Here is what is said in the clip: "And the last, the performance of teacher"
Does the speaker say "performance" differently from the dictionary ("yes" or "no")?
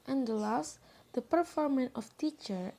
yes